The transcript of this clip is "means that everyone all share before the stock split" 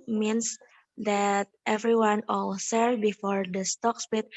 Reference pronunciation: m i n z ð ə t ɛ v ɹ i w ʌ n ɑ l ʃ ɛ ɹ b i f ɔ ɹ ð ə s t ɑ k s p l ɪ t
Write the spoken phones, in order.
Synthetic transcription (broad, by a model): m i n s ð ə t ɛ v ɹ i w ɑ n ɑ l s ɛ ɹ b i f ɔ ɹ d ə s t ɑ k s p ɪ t